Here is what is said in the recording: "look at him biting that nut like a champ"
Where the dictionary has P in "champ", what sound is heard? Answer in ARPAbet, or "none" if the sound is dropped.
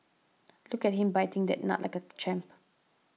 P